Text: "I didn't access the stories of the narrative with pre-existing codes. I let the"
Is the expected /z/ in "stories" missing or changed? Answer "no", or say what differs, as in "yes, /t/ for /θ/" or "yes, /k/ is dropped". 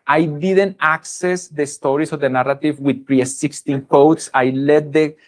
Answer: yes, /s/ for /z/